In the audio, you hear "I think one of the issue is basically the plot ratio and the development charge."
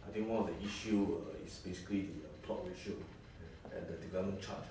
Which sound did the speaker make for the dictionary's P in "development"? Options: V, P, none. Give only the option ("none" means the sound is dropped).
none